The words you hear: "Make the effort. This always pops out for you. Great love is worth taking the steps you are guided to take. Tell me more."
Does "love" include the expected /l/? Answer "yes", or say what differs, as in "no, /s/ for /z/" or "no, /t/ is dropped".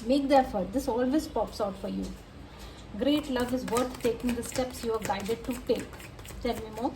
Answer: yes